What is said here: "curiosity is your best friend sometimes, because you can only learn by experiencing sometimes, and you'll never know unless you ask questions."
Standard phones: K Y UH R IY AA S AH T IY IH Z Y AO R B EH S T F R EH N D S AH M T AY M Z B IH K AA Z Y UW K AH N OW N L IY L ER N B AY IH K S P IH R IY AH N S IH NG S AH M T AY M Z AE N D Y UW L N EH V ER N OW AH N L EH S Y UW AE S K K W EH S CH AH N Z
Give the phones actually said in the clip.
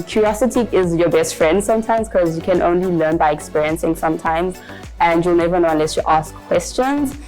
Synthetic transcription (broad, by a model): K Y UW R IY AA S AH T IY IH Z Y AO B EH S T F R EH N D S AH M T AY M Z K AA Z Y UW K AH N OW N L IY L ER N B AY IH K S P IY R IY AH N S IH NG S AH M T AY M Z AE N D Y UW L N EH V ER N OW AH N L EH S Y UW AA S K K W EH S CH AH N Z